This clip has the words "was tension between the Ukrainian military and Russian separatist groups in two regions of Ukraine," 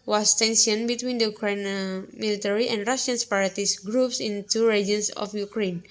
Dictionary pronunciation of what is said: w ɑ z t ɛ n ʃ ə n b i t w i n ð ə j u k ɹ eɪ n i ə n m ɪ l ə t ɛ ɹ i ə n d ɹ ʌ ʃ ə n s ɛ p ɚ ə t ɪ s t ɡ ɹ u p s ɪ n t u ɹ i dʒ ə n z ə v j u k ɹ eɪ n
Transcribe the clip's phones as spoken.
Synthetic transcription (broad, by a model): w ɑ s t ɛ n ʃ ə n b i t w i n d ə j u k ɹ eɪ n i m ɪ l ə t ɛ ɹ i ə n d ɹ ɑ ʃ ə n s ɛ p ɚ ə t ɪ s ɡ ɹ u p s ɪ n t u ɹ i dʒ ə n s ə f j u k ɹ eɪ n